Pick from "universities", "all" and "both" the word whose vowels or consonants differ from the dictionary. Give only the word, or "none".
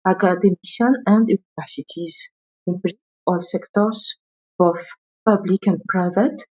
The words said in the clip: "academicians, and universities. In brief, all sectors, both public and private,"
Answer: both